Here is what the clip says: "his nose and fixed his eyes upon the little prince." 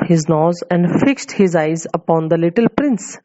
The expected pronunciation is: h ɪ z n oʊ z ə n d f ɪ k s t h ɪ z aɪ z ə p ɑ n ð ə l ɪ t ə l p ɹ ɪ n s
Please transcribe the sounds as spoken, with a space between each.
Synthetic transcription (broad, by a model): h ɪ z n oʊ z ə n d f ɪ k s t h ɪ z aɪ z ə p ɑ n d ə l ɪ t ə l p ɹ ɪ n s